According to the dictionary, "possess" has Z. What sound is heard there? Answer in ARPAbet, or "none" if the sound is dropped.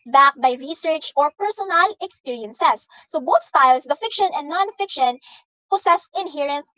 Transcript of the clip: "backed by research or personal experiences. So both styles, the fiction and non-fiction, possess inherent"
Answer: S